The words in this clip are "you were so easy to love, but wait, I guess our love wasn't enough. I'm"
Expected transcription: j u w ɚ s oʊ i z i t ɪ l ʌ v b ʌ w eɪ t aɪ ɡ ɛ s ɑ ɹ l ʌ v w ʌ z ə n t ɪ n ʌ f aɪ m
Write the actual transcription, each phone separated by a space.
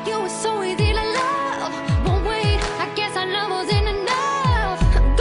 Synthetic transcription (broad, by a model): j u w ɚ s oʊ i z i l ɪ l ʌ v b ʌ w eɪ aɪ ɡ ɛ s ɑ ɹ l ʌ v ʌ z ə n ɪ n ʌ f